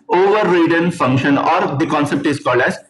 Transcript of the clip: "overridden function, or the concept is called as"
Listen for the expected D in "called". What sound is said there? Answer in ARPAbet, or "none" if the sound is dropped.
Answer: D